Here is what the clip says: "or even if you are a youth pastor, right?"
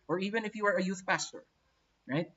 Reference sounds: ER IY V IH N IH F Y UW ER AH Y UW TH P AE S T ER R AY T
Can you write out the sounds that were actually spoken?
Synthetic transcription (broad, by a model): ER IY V IH N IH F Y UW ER AH Y UW TH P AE S T ER R AY T